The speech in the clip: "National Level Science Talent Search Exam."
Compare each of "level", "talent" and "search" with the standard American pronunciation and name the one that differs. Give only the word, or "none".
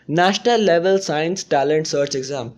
none